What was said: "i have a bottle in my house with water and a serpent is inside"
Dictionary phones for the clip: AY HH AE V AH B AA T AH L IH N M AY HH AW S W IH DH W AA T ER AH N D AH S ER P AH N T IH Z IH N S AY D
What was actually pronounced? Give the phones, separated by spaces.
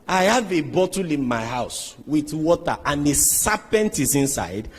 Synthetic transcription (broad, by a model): AY HH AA V AH B AA T AH L IH N M AY HH AW S W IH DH W AA T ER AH N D AH S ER P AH N T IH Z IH N S AY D